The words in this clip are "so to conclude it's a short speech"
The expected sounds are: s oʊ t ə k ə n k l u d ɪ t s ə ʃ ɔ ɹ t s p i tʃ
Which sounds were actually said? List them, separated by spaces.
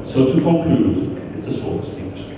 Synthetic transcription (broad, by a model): s oʊ t ə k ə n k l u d ɪ t s ə s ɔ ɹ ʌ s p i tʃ